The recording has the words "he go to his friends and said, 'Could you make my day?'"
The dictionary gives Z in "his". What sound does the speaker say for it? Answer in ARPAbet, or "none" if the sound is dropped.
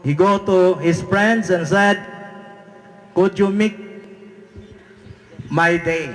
S